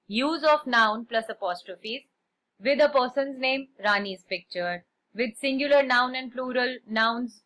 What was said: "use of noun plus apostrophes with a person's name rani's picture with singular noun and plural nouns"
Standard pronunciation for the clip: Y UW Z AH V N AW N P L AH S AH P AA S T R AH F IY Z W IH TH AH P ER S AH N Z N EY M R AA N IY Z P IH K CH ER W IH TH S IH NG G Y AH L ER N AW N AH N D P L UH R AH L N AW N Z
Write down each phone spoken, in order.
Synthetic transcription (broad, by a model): Y UW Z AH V N AW N P L AH S AH P AA S T R AH F IY Z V IH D AH P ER S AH N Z N EY M R AA N IY Z P IH K CH ER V IH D S IH NG G Y AH L ER N AW N AH N D P L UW R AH L N AW N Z